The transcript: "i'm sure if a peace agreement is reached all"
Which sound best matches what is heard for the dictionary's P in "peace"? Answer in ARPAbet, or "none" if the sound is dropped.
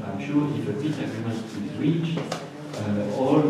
B